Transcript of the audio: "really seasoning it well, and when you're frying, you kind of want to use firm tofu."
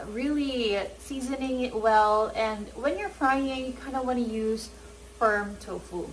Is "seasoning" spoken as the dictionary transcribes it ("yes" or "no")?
yes